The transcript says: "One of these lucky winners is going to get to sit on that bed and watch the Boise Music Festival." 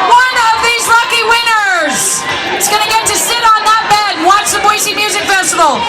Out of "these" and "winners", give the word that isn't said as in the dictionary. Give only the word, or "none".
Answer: none